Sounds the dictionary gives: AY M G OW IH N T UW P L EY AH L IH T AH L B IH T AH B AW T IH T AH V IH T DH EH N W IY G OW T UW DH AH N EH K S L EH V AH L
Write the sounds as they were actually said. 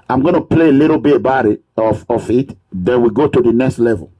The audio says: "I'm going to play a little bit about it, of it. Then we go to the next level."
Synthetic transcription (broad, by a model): AY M G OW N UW P L EY AH L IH T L B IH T B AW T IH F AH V IH T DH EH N W IY G OW T UW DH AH N EH K S L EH V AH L